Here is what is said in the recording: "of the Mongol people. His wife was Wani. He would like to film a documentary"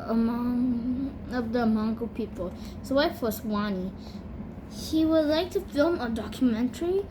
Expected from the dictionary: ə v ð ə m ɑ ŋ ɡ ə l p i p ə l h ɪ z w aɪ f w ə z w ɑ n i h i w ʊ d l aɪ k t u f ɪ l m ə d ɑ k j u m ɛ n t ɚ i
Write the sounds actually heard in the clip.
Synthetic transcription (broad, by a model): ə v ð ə m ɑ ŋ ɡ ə p i p ə l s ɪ w aɪ f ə s w ɑ n i h i w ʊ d l aɪ k t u f ɪ l m ə d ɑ k j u m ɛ n t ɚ i